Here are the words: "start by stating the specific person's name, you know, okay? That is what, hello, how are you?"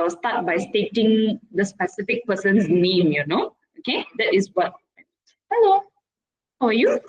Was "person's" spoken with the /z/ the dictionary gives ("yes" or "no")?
no